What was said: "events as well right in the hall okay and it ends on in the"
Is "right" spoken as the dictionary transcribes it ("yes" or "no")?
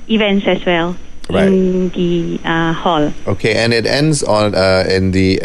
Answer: no